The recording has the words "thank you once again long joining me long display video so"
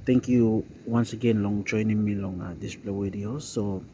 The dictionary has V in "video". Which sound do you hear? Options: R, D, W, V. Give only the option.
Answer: W